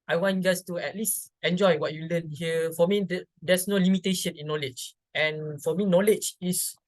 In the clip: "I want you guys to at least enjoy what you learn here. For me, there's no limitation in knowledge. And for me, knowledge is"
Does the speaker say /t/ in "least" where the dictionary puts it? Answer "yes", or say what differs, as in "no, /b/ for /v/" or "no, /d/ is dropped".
yes